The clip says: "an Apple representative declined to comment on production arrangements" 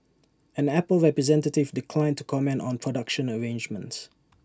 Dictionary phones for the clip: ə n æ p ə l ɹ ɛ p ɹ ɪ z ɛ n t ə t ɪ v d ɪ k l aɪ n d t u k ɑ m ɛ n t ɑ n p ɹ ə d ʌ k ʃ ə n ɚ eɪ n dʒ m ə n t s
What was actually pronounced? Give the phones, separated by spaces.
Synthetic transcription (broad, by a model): ə n æ p ə l ɹ ɛ p ɹ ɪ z ɛ n t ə t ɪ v d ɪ k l aɪ n t u k ɑ m ɛ n t ɑ n p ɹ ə d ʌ k ʃ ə n ɚ eɪ n dʒ m ə n t s